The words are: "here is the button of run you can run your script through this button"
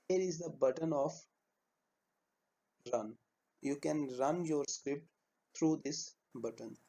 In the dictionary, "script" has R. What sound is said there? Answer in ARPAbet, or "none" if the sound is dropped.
R